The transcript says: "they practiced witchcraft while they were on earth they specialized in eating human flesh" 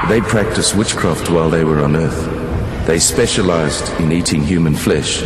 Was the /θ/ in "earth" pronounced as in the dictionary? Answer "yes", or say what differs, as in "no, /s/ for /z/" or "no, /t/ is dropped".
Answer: yes